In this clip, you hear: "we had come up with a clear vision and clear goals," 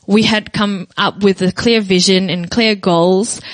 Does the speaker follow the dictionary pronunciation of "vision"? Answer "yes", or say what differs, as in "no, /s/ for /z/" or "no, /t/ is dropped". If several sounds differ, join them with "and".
yes